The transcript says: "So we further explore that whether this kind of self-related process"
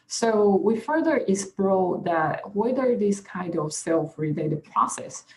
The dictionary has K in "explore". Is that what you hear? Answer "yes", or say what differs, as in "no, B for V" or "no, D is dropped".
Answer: no, K is dropped